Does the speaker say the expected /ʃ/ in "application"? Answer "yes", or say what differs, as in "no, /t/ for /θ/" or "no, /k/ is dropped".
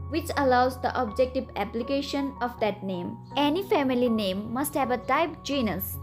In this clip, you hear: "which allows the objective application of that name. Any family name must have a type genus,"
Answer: yes